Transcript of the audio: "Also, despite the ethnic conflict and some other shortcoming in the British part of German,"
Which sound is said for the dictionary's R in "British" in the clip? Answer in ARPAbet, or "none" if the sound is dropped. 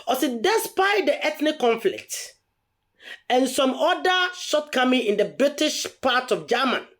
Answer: R